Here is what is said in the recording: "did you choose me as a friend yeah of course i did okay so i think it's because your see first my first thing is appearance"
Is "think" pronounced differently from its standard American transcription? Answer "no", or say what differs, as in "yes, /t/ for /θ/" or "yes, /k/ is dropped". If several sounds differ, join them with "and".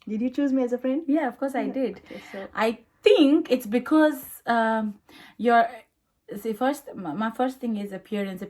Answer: yes, /t/ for /θ/